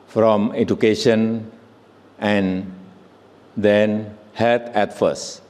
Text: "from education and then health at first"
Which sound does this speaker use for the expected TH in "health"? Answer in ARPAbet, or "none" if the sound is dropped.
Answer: T